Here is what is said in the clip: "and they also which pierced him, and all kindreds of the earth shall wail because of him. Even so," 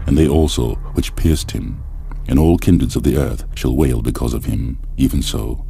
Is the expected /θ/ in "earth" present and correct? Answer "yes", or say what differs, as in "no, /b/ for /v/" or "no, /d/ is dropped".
yes